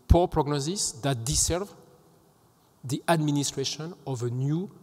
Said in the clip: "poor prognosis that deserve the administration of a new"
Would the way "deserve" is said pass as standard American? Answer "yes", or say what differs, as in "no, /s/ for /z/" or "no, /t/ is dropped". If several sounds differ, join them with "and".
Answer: no, /s/ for /z/